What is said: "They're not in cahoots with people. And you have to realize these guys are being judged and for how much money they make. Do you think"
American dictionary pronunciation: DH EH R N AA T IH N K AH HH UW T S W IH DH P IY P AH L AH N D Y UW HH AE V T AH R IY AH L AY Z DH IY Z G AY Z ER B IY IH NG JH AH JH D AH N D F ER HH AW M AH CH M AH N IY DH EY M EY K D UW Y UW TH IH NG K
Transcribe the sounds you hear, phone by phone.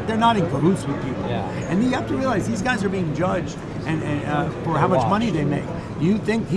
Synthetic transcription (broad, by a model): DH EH R N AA T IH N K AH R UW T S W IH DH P IY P L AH N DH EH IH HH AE F T AH R IY AH L AY Z DH IY Z G AY Z ER B IY IH NG JH AH JH D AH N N F ER HH AW M AH CH M AH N IY DH EY M EY K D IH Y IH TH IH NG K